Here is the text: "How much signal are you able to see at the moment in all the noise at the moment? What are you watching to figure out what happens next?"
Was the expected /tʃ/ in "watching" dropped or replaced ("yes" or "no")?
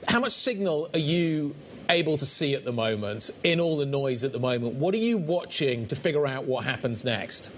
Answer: no